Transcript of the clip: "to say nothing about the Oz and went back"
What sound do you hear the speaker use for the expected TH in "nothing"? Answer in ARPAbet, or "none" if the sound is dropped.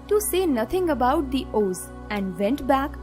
T